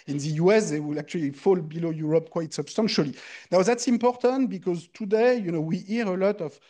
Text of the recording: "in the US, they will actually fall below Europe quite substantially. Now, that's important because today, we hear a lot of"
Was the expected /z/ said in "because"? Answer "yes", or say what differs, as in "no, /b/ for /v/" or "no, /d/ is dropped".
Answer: yes